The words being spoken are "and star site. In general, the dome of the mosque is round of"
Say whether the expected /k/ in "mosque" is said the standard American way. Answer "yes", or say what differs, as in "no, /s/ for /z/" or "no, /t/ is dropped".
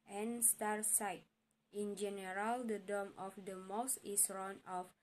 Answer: no, /k/ is dropped